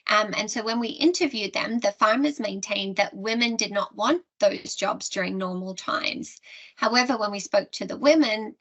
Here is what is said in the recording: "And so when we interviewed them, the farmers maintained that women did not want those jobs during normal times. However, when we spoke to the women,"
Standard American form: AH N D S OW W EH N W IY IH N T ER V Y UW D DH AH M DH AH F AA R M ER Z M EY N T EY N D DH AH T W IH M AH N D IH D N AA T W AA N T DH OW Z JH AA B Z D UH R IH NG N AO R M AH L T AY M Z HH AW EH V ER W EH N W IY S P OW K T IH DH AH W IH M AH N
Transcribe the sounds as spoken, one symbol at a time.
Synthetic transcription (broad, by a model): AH N S OW W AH N W IY IH N T ER V Y UW D DH AH M DH AH F AA R M ER Z M EY N T EY N DH AH T W IH M AH N D IH D N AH T W AA N DH OW Z JH AA B Z D UH R IH NG N AO R M L T AY M Z HH AW EH V ER W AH N W IY S P OW K T IH DH AH W IH M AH N